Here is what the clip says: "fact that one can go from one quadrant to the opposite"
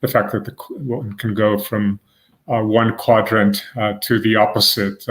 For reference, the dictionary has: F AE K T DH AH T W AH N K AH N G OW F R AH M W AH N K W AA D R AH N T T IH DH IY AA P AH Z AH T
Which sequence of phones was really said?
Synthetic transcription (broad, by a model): F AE K T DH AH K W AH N K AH N G OW F R AH M W AH N K W AA D R AH N T T IH DH IY AA P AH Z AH T